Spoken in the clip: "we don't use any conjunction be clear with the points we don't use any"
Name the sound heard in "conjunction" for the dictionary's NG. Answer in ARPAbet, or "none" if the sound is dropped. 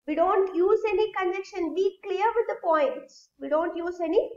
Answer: none